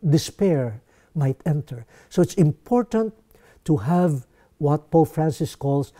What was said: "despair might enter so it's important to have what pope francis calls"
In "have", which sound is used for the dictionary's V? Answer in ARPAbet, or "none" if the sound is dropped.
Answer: V